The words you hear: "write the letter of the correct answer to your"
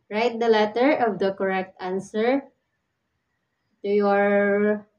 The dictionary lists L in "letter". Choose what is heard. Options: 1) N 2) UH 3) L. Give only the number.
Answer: 3